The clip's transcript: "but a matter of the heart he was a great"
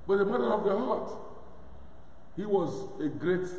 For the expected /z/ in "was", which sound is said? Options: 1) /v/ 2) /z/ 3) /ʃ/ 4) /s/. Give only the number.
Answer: 2